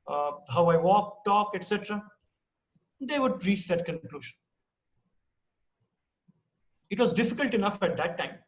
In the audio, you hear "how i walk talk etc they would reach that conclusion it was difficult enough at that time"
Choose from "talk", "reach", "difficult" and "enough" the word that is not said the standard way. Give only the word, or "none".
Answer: none